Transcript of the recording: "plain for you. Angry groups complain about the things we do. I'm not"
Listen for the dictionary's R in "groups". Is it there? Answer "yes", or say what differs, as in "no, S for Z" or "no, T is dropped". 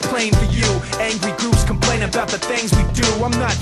no, R is dropped